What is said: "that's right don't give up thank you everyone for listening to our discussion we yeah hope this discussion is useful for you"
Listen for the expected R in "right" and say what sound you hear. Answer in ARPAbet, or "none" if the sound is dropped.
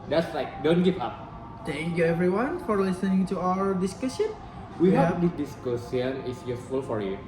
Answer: L